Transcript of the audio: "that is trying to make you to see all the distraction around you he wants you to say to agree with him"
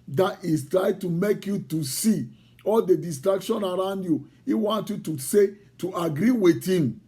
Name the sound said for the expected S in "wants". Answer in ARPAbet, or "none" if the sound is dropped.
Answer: none